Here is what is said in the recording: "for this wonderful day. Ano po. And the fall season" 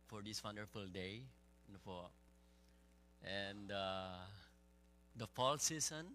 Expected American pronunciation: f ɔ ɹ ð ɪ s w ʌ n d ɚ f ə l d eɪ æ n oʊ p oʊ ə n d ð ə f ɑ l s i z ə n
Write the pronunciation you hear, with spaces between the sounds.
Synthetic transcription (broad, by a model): f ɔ ɹ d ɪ s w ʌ n d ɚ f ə l d eɪ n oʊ f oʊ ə n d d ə f ɑ l s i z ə n